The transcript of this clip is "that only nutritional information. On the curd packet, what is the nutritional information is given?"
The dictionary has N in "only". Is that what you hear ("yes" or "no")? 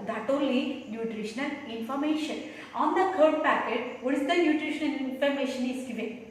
no